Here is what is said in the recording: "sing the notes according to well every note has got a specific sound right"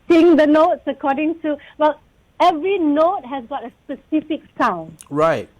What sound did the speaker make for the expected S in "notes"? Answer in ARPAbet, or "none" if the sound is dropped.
S